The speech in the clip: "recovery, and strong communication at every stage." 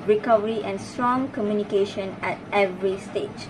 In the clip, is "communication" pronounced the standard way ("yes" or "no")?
yes